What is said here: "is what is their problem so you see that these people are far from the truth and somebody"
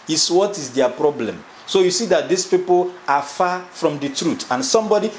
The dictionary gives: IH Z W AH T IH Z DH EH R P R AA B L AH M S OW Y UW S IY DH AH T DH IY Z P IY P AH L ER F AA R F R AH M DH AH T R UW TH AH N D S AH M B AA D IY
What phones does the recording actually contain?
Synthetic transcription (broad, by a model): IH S W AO T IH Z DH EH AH P R AA B L AH M S OW Y UW S IY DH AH T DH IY S P IY P AH L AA F AA F R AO M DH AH T R UW T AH N S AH M B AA D IY